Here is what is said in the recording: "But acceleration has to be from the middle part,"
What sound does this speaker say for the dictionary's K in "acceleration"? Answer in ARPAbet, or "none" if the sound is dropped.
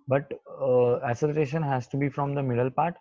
none